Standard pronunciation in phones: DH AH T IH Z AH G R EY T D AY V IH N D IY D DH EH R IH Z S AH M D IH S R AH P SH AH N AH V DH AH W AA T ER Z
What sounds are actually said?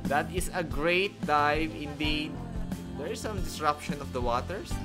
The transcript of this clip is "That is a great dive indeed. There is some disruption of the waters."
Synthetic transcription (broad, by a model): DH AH T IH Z AH G R EY T D AY V IH N D IY D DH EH R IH S AH M D IH S R AH P SH AH N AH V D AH W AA T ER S